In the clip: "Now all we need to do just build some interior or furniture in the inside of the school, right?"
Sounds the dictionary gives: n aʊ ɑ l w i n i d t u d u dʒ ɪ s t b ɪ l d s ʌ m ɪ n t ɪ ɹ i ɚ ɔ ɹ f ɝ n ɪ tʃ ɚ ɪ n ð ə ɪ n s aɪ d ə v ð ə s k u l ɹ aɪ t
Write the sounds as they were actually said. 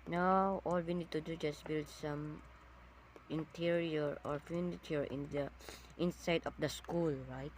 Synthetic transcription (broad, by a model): n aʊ ɑ l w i n i d t u d u dʒ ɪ s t b ɪ l d s ʌ m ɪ n t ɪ ɹ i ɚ ɔ ɹ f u n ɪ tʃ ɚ ɪ n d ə ɪ n s aɪ d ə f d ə s k u l ɹ aɪ t